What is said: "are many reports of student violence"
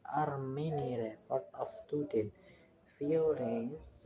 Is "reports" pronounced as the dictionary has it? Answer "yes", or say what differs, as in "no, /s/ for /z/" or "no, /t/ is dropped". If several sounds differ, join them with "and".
no, /s/ is dropped